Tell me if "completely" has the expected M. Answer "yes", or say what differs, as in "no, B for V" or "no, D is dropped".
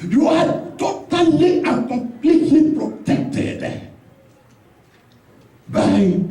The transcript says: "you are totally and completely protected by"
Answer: no, M is dropped